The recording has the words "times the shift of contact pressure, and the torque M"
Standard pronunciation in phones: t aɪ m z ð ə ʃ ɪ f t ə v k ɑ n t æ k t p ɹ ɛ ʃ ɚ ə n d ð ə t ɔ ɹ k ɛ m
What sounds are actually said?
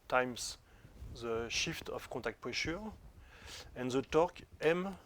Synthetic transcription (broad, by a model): t aɪ m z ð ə ʃ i f t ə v k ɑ t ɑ k t p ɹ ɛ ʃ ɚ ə n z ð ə t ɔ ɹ k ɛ m